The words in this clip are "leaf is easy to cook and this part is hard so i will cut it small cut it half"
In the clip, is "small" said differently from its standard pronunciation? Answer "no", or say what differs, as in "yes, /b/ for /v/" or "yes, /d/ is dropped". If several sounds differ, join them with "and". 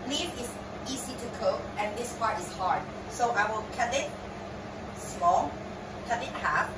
yes, /m/ is dropped